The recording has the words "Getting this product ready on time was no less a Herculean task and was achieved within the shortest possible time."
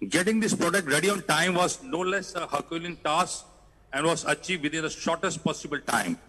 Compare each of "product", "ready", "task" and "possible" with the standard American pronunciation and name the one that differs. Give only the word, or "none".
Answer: task